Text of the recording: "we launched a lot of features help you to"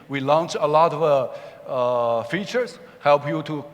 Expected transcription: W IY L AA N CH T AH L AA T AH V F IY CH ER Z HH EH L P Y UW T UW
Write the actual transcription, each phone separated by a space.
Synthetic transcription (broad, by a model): W IY L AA N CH AH L AA T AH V F IY CH ER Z HH EH L P Y UW T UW